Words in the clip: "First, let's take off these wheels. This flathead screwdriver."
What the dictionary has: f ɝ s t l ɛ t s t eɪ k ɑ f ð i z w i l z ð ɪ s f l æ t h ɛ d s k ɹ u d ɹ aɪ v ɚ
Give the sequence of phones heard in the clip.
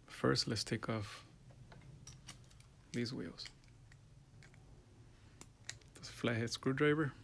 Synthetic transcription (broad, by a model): f ɝ s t l ɛ t s t eɪ k ɑ f ð i z w i l z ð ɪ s f l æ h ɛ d s k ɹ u d ɹ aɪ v ɚ